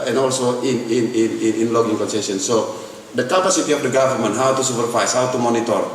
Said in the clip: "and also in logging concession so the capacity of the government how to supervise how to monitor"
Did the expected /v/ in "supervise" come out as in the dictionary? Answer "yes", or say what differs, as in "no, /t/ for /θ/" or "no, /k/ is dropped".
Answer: no, /f/ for /v/